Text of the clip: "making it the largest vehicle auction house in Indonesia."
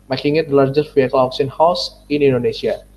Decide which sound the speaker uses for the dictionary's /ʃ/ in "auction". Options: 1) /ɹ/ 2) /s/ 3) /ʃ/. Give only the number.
2